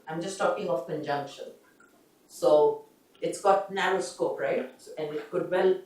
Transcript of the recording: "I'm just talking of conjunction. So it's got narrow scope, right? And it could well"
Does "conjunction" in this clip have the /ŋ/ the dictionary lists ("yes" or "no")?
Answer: yes